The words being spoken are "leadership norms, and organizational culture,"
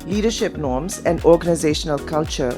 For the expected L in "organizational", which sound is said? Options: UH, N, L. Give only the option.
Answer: L